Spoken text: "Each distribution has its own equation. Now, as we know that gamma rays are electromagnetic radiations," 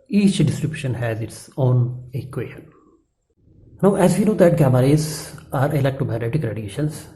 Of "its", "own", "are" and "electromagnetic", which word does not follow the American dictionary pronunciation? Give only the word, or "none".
electromagnetic